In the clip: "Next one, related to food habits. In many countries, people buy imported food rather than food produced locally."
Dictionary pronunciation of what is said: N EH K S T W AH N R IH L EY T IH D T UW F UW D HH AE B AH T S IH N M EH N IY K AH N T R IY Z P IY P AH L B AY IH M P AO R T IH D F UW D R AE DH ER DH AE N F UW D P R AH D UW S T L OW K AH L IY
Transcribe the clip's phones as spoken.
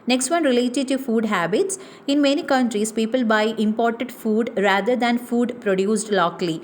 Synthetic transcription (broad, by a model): N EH K S T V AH N R IH L EY T IH D T UW F UW D HH AE B AH T S IH N M EH N IY K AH N T R IY S P IY P AH L B AY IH M P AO R T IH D F UW D R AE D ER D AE N F UW D P R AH D UW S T L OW K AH L IY